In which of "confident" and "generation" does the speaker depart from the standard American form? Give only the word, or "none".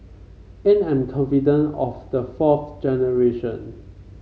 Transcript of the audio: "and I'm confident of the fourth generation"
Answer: confident